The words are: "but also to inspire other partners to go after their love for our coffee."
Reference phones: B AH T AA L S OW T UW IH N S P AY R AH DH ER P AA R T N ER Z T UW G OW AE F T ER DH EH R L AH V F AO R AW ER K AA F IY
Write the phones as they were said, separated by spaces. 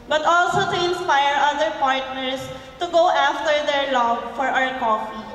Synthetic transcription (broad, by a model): B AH T AA L S OW T UW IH N S P AY R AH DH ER P AA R T N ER S T UW G OW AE F T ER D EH R L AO B F AO R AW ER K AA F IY